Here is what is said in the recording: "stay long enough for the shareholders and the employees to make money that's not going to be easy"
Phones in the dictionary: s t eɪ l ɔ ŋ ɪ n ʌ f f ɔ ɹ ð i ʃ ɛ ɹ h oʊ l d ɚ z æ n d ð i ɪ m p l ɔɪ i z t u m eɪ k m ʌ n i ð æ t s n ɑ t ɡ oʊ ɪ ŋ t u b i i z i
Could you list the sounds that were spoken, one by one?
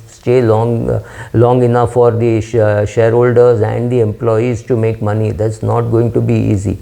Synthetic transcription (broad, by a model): s t eɪ l ɔ ŋ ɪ n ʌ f f ɔ ɹ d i ʃ ɛ ɹ h oʊ l d ɚ z æ n d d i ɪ m p l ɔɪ i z t u m eɪ k m ʌ n i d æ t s n ɑ t ɡ oʊ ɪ ŋ t u b i i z i